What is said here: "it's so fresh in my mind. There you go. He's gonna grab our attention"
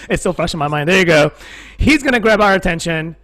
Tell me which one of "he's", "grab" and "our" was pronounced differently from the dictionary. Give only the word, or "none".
none